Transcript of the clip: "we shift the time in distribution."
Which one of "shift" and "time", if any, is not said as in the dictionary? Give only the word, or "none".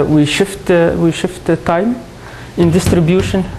none